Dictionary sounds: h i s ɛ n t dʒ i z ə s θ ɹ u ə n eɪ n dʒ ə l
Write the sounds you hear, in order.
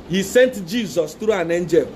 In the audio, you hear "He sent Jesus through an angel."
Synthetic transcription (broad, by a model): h i s ɛ n t dʒ i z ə s t ɹ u ə n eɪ n dʒ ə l